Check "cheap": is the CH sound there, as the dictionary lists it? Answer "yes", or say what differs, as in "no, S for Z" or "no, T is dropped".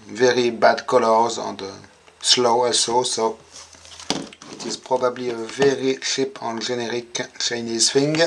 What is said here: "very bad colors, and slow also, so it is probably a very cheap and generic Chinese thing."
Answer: no, SH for CH